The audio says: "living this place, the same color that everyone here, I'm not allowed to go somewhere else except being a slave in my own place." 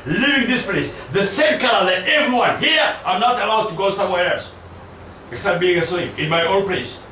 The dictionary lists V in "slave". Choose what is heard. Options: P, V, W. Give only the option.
P